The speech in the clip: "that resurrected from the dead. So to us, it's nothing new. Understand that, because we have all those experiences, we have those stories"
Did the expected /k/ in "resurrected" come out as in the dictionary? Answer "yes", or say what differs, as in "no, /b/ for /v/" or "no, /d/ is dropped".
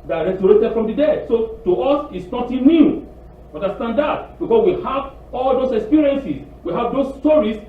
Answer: no, /k/ is dropped